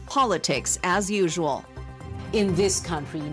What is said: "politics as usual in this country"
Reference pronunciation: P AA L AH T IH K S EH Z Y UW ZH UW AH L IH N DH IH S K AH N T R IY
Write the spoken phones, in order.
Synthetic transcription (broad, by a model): P AA L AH T IH K S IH Z Y UW ZH UW AH L IH N DH IH S K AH N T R IY